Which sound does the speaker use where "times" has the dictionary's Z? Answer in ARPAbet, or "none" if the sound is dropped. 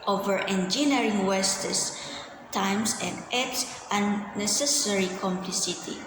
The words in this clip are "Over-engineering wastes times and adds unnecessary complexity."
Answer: S